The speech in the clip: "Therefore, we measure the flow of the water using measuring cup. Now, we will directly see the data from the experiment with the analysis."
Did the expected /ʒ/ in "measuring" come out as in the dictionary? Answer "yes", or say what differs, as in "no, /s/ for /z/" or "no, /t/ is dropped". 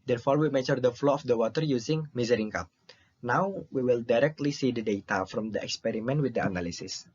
no, /z/ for /ʒ/